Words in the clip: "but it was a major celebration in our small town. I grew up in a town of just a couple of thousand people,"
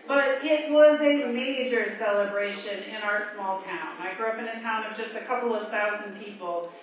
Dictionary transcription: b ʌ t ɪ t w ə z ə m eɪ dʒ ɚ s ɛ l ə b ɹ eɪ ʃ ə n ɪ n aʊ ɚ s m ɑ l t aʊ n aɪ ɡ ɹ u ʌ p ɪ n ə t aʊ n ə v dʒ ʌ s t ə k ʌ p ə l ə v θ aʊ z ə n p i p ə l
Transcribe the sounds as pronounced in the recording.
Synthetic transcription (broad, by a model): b ʌ t ɪ t w ə z ə m eɪ dʒ ɚ s ɛ l ə b ɹ eɪ ʃ ə n ɪ n aʊ ɚ s m ɑ l t aʊ n aɪ ɡ ɹ u ʌ p ɪ n ə t aʊ n ə v dʒ ʌ s t ə k ʌ p l ə v θ aʊ z ə n p i p l